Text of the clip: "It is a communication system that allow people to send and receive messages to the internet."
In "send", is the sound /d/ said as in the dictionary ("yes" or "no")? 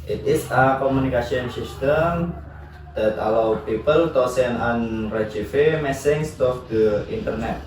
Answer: no